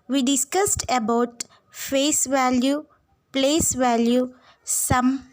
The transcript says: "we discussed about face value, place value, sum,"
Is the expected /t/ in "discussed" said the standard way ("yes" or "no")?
yes